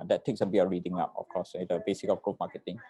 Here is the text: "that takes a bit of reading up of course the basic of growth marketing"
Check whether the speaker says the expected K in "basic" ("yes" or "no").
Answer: yes